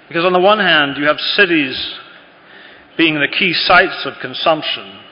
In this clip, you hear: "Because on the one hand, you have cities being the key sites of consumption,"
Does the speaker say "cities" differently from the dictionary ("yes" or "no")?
no